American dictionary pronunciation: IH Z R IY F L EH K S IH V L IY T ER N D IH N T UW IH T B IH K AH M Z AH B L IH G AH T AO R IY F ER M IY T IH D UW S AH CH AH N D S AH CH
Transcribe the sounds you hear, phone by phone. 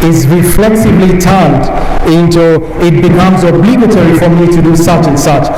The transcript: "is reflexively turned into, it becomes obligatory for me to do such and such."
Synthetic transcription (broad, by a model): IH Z R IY F L EH K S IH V L IY T ER N D IH N T UW IH T B IH K AH M Z AH B L IH G AH T AO R IY F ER M IY T IH D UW S AH CH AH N S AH CH